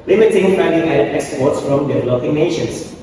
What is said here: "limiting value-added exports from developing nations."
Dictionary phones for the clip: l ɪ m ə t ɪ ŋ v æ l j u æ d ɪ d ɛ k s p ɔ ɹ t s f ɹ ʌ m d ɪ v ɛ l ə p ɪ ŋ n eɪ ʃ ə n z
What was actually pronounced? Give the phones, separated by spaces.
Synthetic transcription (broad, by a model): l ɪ m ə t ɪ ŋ f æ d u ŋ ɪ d ɛ k s p ɔ ɹ t s f ɹ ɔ m d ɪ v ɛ l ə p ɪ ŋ n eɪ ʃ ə n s